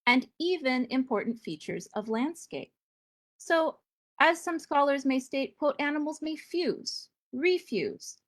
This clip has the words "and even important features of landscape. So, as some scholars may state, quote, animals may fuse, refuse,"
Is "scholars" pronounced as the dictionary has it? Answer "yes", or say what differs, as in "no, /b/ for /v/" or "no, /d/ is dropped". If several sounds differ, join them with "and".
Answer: yes